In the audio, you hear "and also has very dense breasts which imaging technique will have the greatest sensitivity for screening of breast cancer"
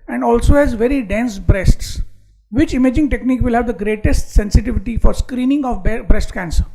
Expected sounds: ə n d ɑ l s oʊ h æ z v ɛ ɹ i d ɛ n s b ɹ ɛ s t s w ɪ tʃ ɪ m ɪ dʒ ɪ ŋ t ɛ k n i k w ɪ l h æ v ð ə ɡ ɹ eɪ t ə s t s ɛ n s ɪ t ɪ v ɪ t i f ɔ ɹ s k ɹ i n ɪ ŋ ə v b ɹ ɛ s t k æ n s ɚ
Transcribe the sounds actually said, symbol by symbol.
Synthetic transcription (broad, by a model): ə n d ɑ l s oʊ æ z v ɛ ɹ i d ɛ n s b ɹ ɛ s t s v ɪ tʃ ɪ m ɪ dʒ ɪ ŋ t ɛ k n i k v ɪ l h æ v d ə ɡ ɹ eɪ t ə s t s ɛ n s ɪ t ɪ v ɪ t i f ɔ ɹ s k ɹ i n ɪ ŋ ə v b ɹ ɛ s t k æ n s ɚ